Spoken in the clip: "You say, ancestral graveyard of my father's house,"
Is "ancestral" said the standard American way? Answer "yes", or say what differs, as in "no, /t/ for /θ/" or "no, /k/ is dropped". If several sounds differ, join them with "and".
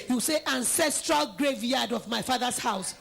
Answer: yes